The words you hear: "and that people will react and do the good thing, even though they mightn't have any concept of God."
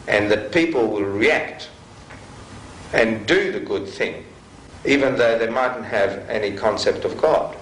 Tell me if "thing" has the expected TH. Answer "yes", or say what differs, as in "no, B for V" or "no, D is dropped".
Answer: yes